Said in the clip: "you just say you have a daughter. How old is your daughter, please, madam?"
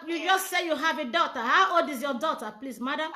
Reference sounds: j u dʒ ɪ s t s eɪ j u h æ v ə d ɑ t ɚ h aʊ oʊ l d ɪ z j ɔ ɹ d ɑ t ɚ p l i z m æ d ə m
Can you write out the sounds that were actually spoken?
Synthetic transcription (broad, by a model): j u dʒ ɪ s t s eɪ j u h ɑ v ə d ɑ t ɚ h aʊ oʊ d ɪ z j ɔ d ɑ t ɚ p l i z m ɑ d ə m